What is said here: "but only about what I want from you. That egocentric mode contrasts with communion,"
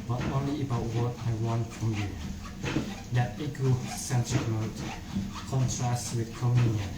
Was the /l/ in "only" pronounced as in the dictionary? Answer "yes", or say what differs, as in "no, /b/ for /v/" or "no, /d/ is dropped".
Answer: no, /l/ is dropped